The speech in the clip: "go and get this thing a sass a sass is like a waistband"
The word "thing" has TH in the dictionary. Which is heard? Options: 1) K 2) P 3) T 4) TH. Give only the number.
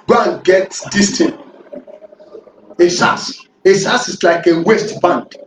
3